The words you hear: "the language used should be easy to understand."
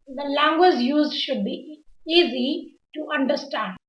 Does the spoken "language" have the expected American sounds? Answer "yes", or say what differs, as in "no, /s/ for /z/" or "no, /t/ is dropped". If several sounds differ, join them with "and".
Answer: yes